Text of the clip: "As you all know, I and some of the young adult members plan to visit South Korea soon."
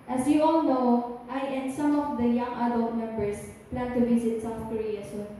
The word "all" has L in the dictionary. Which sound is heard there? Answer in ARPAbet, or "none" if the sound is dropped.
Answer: L